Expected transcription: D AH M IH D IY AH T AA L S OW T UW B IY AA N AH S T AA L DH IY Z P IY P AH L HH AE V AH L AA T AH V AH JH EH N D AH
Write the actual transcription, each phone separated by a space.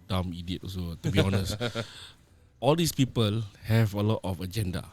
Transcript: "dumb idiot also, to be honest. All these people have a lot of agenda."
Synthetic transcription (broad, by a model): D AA M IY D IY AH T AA S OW T UW B IY AA N AH S T AA L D IY S P IY P AH L HH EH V AH L AA T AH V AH JH EH N D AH